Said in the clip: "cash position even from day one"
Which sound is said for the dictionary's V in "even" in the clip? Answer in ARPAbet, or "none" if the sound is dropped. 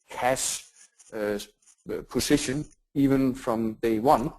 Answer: V